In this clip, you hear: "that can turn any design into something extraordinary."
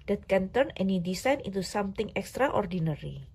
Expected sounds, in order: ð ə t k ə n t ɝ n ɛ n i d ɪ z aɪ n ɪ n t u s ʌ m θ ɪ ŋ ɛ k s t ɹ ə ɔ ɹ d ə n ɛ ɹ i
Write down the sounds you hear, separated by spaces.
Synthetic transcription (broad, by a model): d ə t k ə n t ɝ n ɛ n i d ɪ s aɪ n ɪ t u s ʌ m t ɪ ŋ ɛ k s t ɹ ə ɔ ɹ d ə n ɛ ɹ i